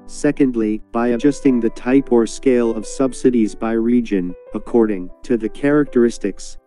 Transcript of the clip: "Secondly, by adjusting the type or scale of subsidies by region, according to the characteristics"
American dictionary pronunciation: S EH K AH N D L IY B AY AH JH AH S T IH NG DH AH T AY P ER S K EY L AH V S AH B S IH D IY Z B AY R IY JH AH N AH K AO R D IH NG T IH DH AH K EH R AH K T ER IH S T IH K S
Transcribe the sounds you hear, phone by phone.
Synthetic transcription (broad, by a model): S EH K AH N D L IY B AY AH JH AH S T IH NG DH AH T AY P ER S K EY L AH V S AH B S IH D IY Z B AY R IY JH AH N AH K AO R D IH NG T IH DH AH K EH R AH K T ER IH S T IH K S